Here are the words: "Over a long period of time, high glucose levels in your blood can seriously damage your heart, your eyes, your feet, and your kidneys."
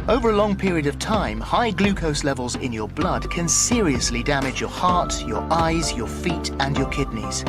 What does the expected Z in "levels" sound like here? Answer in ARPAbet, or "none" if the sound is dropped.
Z